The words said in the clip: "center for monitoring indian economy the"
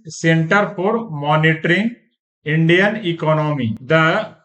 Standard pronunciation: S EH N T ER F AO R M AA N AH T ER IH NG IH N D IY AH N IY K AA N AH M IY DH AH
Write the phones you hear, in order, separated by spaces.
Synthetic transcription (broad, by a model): S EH N T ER P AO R M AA N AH T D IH NG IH N D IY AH N IY K AA N AH M IY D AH